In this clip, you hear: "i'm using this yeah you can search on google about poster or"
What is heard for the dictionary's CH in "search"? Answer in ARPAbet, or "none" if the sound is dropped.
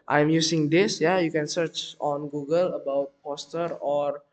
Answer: CH